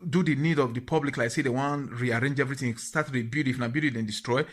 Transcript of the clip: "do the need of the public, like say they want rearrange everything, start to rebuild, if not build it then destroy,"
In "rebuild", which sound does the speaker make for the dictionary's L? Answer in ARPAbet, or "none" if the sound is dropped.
none